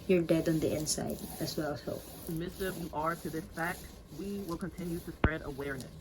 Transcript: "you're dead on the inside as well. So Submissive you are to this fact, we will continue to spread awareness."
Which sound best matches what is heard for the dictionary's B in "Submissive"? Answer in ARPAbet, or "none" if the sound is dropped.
none